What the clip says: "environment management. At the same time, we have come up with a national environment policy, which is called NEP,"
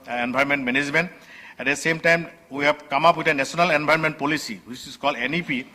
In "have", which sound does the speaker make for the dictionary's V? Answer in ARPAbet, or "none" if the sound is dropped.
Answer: B